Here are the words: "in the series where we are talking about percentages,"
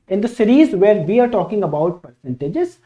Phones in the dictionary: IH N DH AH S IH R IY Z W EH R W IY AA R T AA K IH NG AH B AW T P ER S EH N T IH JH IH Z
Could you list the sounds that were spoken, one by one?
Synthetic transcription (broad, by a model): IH N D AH S IH R IY Z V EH R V IY AA R T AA K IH NG AH B AW T P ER S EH N T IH JH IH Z